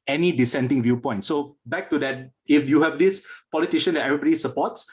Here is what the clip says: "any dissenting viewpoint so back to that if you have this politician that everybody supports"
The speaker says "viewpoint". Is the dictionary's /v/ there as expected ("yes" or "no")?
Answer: yes